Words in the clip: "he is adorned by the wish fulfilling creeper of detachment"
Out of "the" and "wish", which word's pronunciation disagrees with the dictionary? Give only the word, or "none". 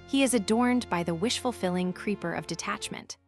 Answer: none